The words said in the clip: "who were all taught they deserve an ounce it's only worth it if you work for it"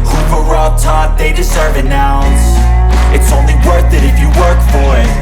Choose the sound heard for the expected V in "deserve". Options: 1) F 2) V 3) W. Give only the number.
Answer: 2